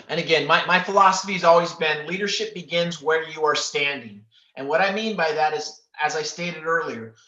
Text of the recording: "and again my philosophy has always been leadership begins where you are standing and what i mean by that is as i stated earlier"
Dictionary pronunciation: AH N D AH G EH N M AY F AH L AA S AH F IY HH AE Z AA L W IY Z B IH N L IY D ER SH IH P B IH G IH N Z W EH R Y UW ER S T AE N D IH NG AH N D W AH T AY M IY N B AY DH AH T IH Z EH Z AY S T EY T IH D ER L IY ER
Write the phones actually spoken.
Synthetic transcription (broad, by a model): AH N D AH G EH N M AY F AH L AA S AH F IY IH Z AA L W IY Z B IH N L IY D ER SH IH P B IH G IH N Z W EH R Y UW ER S T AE N D IH NG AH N W AH T AY M IY N B AY DH AH T IH Z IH Z AY S T EY T IH D ER L IY ER